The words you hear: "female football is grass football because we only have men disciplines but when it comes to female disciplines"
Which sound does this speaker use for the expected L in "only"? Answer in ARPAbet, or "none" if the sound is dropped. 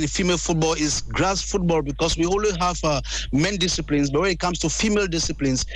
W